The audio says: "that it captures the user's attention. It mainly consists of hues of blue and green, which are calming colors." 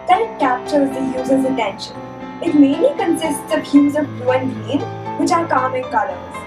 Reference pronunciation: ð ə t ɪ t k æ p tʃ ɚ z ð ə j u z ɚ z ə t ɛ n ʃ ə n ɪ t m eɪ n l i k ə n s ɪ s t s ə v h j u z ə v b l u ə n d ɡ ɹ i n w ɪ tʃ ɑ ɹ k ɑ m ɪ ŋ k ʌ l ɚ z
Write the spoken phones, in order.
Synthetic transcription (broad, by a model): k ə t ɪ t k æ p tʃ ɚ z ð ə j u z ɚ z ə t ɛ n ʃ ə n ɪ t m eɪ n l i k ə n s ɪ s t s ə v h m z ə v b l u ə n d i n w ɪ tʃ ɑ ɹ k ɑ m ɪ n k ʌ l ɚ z